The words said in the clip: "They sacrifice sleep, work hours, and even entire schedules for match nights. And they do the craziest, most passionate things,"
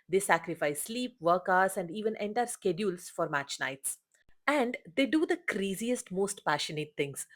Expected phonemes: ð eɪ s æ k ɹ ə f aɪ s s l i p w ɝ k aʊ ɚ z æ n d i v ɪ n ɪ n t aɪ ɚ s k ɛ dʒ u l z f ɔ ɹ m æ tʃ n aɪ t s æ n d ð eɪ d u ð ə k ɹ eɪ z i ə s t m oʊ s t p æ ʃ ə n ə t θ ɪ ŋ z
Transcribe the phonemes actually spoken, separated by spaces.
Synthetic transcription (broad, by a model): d eɪ s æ k ɹ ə f aɪ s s l i p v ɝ k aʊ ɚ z æ n d i v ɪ n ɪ n t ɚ s k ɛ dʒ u l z f ɔ ɹ m æ tʃ n aɪ t s æ n d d eɪ d u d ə k ɹ eɪ z i ə s t m oʊ s t p æ ʃ ə n ə t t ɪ ŋ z